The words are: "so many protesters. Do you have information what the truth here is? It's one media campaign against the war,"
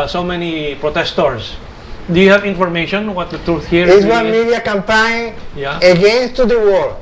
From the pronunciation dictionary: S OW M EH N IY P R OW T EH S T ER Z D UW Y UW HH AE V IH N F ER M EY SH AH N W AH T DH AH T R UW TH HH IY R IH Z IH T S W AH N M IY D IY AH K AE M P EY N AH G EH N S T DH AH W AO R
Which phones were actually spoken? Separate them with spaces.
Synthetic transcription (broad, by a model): S OW M EH N IY P R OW T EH S T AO S D UW Y UW HH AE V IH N F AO M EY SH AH N W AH T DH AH T R UW TH HH IY R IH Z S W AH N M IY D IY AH K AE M P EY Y AH G EH N S T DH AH W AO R